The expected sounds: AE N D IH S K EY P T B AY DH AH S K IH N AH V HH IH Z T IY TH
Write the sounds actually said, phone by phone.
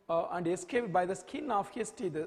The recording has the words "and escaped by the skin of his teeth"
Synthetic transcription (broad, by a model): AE N D IH S K EY P T B AY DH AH S K IH N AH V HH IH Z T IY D